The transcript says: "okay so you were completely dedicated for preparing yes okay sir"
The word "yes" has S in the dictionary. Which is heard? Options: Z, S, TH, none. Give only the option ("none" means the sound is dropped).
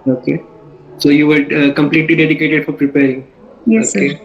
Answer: none